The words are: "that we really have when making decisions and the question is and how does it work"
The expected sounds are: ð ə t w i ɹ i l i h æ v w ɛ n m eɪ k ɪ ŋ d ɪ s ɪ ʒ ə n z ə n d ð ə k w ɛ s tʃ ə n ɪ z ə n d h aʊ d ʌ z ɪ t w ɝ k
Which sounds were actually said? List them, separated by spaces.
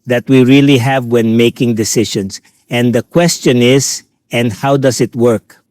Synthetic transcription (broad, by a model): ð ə t w i ɹ i l i h æ v w ɛ n m eɪ k ɪ ŋ d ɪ s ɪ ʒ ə n s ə n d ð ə k w ɛ s tʃ ə n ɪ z ə n d h aʊ d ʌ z ɪ t w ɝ k